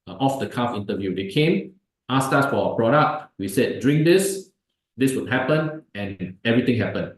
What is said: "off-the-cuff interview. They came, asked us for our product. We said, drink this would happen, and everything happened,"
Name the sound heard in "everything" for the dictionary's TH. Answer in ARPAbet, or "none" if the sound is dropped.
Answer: T